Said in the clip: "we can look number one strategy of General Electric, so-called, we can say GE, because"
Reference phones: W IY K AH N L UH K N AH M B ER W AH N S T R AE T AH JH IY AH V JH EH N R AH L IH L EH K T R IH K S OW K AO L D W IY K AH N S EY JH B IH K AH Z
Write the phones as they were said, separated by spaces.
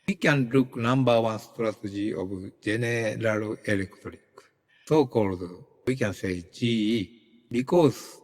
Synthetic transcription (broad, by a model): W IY K AH N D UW K N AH M B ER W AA N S T R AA T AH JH IY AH B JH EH N R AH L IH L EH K T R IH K S OW K AO L D W IY K AH N S EY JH B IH K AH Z